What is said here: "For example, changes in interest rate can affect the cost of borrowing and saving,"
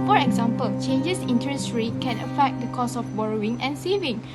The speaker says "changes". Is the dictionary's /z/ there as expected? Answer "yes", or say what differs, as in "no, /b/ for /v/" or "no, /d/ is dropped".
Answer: no, /s/ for /z/